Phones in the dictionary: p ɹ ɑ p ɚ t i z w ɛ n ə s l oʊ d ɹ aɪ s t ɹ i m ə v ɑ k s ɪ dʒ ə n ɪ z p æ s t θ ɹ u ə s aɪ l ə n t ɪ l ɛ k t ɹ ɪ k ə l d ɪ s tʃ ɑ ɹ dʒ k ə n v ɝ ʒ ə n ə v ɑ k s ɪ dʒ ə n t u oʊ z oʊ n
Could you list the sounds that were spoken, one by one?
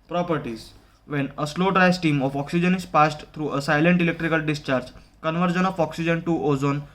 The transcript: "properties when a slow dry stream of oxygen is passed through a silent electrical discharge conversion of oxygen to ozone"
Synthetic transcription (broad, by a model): p ɹ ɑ p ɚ t i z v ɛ n ə s l oʊ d ɹ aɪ s t i m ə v ɑ k s ɪ dʒ ə n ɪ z p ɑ s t t ɹ u ə s aɪ l ə n t ɪ l ɛ k t ɹ ɪ k ə l d ɪ s tʃ ɑ ɹ dʒ k ə n v ɝ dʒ ə n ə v ɑ k s ɪ dʒ ə n t u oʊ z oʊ n